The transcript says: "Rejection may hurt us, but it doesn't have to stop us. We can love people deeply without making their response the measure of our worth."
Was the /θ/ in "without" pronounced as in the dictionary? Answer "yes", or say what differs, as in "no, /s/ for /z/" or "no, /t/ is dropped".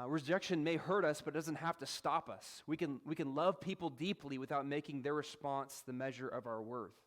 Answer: yes